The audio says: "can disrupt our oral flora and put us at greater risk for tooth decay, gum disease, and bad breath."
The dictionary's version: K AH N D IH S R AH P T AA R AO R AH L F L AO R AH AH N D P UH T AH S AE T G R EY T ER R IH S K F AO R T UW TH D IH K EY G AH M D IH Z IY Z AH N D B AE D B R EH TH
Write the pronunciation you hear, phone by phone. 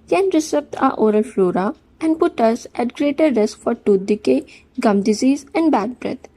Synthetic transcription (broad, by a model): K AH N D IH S AH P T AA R AO R AH L F L AO R AH AH N D P UH T AH S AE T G R EY T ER R IH S K F AO R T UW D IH K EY G AH M D IH Z IY Z AH N D B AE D B R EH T